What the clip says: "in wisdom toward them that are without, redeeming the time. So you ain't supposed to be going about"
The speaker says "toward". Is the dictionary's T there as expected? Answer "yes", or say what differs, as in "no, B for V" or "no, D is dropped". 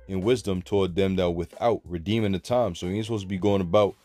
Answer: yes